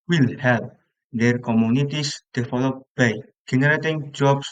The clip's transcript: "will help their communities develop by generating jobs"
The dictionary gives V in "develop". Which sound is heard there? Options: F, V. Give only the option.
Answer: F